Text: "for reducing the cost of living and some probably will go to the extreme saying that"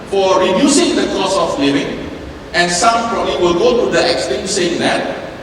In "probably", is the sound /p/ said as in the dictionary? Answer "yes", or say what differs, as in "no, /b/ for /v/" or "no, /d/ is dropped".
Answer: no, /f/ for /p/